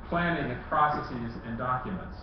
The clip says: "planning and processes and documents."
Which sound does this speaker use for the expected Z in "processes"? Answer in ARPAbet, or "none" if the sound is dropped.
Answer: Z